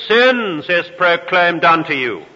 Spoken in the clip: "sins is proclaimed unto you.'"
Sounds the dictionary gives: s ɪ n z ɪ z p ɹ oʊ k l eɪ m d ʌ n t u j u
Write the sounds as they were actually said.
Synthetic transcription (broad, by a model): s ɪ n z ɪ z p ɹ oʊ k l eɪ m d ʌ n t u j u